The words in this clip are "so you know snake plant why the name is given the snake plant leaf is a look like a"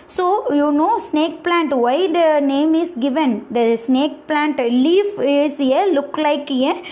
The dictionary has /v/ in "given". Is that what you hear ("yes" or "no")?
yes